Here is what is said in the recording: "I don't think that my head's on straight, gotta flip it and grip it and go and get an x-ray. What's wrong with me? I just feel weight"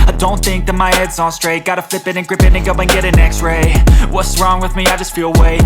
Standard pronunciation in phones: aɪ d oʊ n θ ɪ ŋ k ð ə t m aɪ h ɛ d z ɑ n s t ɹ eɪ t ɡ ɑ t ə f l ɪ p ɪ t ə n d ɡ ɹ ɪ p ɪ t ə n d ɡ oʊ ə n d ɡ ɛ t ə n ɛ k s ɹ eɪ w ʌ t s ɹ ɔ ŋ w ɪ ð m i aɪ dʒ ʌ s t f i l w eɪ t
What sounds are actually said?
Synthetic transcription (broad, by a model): aɪ d oʊ n θ ɪ ŋ k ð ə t m aɪ h ɛ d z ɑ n s t ɹ eɪ t ɡ ɑ t ə f l ɪ p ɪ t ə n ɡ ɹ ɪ p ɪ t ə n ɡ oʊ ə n ɡ ɛ t ə n ɛ k s ɹ eɪ w ʌ t s ɹ ɔ ŋ w ɪ ð m i aɪ dʒ ʌ s t f i l w eɪ